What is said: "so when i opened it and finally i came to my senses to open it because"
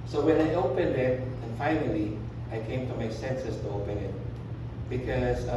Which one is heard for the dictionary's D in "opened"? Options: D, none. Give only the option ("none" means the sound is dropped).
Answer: D